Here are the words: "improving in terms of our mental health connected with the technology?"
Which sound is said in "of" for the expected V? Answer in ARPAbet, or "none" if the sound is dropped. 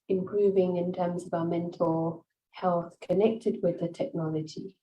V